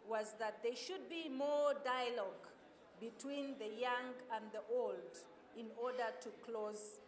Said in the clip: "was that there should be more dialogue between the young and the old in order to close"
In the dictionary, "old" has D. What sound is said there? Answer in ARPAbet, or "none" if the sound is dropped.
D